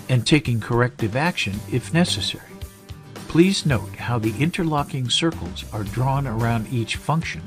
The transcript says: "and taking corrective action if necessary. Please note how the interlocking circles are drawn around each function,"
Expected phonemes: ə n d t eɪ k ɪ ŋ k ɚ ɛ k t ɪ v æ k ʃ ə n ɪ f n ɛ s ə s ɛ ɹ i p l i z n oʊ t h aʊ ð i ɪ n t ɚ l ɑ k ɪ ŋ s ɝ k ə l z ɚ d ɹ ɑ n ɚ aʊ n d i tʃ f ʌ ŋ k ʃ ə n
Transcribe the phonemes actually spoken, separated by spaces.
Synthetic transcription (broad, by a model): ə n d t eɪ k ɪ ŋ k ɚ ɛ k t ɪ v æ k ʃ ə n ɪ f n ɛ s ə s ɛ ɹ i p l i z n oʊ t h aʊ ð i ɪ n t ɚ l ɑ k ɪ ŋ s ɝ k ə l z ɚ d ɹ ɑ n ɚ aʊ n d i tʃ f ʌ ŋ k ʃ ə n